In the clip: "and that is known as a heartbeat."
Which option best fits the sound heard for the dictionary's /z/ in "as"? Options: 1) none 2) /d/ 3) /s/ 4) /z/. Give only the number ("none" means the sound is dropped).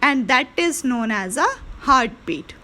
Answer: 4